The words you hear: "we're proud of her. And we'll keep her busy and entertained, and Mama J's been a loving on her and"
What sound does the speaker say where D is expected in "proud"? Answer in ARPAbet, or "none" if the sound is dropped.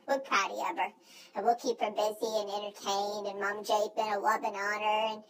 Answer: none